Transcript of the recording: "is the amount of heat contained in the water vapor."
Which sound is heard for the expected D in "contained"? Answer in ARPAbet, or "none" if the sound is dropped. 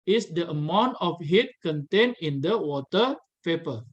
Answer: none